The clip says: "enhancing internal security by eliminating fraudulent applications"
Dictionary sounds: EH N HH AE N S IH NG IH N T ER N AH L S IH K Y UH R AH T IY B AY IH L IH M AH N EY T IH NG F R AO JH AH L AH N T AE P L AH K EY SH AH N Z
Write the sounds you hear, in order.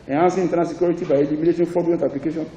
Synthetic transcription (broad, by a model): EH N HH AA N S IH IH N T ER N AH S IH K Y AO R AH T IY B AY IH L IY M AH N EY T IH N F AO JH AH AH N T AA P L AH K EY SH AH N